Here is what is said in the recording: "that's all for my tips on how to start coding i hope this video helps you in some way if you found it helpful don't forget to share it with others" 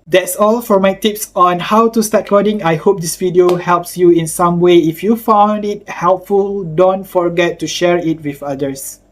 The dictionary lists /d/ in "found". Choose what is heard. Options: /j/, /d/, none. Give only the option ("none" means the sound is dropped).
/d/